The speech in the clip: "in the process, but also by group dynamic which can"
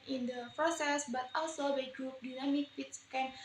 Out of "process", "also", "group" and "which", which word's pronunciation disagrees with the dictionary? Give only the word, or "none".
which